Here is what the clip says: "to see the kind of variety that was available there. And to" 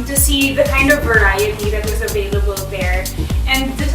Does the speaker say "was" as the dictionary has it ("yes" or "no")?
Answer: yes